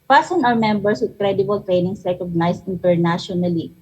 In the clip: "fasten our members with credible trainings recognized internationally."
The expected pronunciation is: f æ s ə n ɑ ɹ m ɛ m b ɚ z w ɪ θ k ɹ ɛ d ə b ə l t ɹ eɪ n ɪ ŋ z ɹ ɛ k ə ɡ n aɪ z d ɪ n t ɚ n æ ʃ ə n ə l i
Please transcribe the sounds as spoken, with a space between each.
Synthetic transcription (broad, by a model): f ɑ s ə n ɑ w m ɛ m b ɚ s w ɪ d k ɹ ɛ d ə b ə l t ɹ eɪ n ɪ ŋ s ɹ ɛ k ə ɡ n aɪ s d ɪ n t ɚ n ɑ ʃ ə n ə l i